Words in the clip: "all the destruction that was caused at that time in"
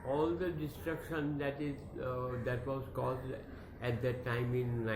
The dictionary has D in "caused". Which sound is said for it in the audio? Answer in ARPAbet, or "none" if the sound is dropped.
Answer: D